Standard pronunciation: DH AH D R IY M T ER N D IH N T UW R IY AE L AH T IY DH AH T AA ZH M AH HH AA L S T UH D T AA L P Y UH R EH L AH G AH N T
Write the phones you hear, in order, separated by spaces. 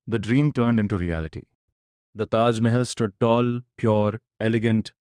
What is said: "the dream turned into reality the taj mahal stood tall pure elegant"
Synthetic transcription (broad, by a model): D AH D R IY M T ER N D IH N T UW R IY AE L AH T IY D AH T AA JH M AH HH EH L S T UH D T AA L P Y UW R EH L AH G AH N T